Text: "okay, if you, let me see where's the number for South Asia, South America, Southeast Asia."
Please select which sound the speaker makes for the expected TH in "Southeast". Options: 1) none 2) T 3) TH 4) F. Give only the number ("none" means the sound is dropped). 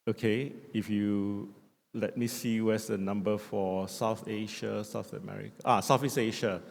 4